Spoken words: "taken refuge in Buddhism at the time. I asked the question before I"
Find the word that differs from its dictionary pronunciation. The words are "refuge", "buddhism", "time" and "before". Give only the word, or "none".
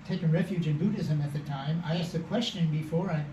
none